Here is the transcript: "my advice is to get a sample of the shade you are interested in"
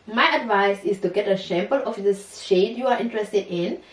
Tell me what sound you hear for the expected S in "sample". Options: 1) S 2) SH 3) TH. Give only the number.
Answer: 2